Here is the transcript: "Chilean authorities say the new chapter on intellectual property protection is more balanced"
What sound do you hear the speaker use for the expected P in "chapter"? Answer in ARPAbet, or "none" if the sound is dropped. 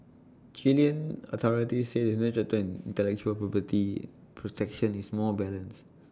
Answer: none